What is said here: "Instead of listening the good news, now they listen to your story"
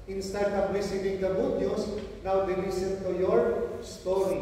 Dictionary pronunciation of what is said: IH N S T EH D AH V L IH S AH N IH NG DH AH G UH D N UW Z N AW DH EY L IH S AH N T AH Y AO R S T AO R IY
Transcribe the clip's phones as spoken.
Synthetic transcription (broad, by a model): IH N S T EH D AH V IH S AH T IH NG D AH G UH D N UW S N AW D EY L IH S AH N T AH Y AO R S T AO R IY